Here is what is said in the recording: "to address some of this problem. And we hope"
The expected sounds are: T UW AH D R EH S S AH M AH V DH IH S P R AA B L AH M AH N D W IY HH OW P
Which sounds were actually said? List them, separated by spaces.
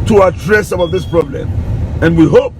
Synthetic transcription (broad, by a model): T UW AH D R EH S S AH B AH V DH IH S P R AA B L AH M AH N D W IY HH OW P